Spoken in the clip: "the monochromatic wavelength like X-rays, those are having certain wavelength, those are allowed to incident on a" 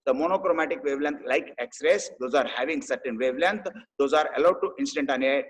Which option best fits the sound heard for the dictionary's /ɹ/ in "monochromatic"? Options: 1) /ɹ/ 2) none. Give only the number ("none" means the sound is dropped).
1